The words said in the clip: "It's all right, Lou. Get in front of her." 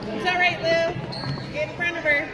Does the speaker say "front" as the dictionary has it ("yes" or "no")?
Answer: no